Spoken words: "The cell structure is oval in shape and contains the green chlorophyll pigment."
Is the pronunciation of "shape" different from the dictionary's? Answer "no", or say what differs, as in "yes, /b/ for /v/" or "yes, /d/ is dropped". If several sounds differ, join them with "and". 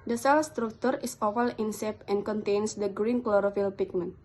yes, /s/ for /ʃ/